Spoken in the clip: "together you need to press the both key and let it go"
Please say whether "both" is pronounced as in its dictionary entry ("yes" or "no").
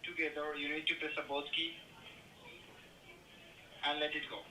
no